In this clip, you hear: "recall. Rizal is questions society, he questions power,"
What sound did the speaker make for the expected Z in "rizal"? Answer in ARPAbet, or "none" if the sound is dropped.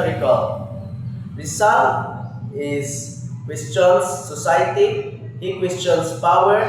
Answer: S